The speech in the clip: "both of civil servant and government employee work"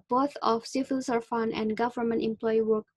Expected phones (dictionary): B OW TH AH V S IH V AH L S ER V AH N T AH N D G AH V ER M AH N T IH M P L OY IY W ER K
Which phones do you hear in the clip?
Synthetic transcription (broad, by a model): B OW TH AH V S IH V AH L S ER F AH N AH N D G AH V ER M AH N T IH M P L OY IY W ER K